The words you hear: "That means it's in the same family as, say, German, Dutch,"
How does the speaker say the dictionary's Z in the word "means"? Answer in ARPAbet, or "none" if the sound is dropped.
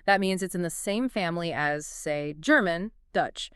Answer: Z